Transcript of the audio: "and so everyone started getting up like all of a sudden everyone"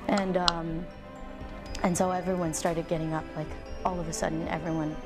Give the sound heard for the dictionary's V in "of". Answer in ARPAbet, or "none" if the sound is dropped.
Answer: V